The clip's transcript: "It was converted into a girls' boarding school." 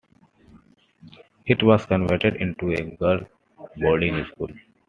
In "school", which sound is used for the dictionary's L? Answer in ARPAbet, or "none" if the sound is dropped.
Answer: L